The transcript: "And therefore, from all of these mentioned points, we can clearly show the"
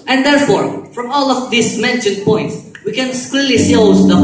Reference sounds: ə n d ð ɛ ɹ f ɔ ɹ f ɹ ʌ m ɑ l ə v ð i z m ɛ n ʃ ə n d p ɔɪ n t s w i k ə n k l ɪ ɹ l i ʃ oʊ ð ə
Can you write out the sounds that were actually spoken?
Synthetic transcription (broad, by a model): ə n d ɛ ɹ f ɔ ɹ f ɹ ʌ m ɑ l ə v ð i s m ɛ n ʃ ə n d p ɔɪ n t s w i k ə n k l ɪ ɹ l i s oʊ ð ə